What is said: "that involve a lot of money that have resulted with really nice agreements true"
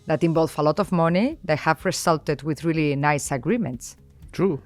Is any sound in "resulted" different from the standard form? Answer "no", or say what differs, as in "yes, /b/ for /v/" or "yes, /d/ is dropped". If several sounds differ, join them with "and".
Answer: yes, /s/ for /z/